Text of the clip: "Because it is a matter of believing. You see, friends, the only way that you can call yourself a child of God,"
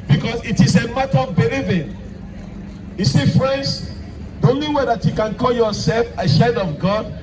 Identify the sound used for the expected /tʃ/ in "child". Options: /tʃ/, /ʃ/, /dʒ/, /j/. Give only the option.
/ʃ/